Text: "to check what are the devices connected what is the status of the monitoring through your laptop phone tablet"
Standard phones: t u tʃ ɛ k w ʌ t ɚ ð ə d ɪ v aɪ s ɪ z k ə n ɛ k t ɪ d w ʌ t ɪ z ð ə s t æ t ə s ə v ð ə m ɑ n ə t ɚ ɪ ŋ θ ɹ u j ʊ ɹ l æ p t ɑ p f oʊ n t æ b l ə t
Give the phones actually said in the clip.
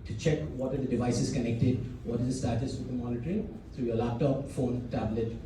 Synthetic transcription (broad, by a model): t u tʃ ɛ k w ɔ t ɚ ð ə d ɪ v aɪ s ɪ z k ə n ɛ k t ɪ d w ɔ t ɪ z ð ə s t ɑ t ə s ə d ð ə m ɑ n ə t ɚ ɪ ŋ t ɹ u j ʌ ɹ l æ p t ɑ p f oʊ n t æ b l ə t